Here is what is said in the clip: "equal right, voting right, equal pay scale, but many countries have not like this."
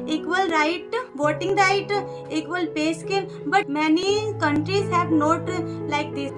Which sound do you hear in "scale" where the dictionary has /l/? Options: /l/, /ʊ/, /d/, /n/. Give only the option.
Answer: /n/